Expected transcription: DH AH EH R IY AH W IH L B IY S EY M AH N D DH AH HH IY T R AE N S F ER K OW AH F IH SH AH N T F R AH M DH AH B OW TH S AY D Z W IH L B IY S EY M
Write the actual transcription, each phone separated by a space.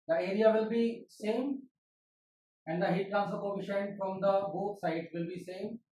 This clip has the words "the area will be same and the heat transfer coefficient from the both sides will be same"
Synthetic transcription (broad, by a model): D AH EH R IY AH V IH L B IY S EY M AH N D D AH HH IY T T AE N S ER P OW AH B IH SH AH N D F R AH M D AH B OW T S AY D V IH L B IY S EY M